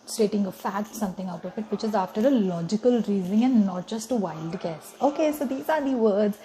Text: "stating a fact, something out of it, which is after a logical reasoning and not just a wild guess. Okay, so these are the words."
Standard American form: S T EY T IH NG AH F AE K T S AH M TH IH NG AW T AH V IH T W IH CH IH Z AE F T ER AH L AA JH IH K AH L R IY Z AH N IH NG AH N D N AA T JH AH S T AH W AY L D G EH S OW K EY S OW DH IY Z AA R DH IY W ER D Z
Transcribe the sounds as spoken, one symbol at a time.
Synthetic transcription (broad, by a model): S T EY T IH NG AH F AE T S AH M T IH NG AW T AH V IH T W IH CH IH Z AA F T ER AH L AA JH IH K AH L R IY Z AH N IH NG AH N D N AA T JH AH S T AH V AY L D G EH S OW K EY S OW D IY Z AA R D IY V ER D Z